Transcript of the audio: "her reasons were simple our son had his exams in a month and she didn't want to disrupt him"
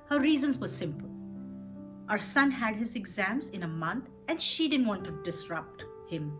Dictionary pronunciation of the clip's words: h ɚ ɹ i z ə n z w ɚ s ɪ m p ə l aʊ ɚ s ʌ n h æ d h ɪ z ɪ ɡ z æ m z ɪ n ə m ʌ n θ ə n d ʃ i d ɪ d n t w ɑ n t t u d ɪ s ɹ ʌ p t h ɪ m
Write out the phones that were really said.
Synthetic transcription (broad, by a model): h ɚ ɹ i z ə n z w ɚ s ɪ m p ə l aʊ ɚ s ʌ n h æ d h ɪ z ɪ ɡ z æ m z ɪ n ə m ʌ n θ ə n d ʃ i d ɪ d n t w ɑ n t t u d ɪ s ɹ ʌ p t h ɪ m